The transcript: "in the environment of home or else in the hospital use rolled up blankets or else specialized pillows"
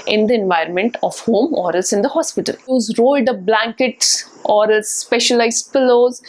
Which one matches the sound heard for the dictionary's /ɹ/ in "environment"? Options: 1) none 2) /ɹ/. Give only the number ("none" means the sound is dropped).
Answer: 2